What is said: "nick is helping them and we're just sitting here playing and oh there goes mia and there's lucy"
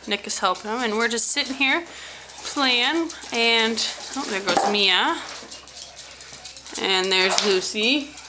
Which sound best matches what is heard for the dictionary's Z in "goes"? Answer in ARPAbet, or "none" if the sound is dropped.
Z